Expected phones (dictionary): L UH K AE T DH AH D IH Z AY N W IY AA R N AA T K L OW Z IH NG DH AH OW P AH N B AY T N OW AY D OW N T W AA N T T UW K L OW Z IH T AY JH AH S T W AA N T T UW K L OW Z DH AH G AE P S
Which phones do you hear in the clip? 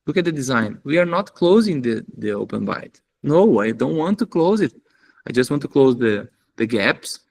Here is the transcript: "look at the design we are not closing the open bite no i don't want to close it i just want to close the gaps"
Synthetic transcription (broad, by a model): L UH K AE T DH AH D IH Z AY N W IY AA R N AA T K L OW Z IH NG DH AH OW P AH N B AY T N OW AY D OW N T W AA N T T UW K L OW Z IH T AY JH AH S T W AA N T T UW K L OW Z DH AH G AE P S